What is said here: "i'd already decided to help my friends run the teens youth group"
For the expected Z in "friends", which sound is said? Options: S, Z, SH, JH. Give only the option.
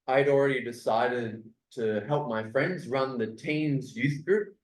Z